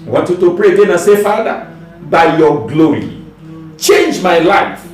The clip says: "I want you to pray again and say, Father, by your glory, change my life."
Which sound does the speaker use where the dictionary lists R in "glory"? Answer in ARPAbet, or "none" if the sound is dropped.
R